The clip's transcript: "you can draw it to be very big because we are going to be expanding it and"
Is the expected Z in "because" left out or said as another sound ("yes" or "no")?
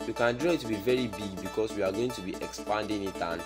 yes